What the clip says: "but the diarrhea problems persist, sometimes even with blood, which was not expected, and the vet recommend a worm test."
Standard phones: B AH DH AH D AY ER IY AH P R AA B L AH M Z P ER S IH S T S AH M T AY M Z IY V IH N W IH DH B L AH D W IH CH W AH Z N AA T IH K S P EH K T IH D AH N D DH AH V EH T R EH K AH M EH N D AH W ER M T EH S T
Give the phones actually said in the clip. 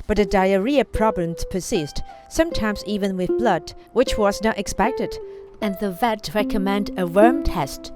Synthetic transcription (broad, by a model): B AH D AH D AY ER IY AH P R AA B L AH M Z P ER S IH S T S AH M T AY M Z IY V IH N W IH DH B L AH D W IH CH W AH Z N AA T IH K S P EH K T IH D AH N DH AH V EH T R EH K AH M EH N D AH W ER M T EH S T